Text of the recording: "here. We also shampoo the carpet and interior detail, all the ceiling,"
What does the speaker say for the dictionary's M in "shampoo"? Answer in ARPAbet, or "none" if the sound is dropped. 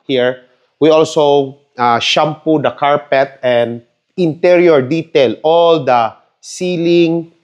M